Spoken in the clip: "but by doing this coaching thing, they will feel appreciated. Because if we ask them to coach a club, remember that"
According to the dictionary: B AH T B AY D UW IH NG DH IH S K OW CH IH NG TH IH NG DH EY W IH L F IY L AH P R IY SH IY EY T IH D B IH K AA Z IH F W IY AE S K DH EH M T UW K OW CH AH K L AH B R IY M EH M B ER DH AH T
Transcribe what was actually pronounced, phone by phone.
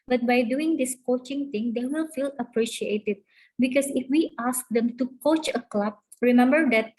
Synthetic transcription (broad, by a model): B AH T B AY D UW IH NG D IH S K OW CH IH NG T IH NG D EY W IH L F IY L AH P R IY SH IY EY T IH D B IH K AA S IH F W IY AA S K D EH M T UW K OW CH AH K L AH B R IY M EH M B ER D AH T